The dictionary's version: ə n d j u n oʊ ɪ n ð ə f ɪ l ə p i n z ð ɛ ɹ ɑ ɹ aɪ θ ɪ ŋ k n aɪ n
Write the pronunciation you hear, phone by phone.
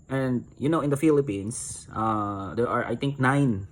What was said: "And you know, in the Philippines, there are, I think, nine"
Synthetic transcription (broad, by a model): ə n d j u n oʊ ɪ n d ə f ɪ l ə p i n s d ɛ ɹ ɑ ɹ aɪ t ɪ ŋ k n aɪ n